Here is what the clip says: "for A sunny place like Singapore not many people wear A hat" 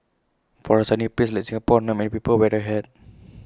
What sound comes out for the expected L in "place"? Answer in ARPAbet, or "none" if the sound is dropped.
none